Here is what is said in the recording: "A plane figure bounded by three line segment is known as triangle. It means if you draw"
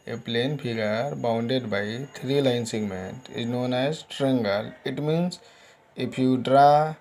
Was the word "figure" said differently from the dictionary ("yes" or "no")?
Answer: yes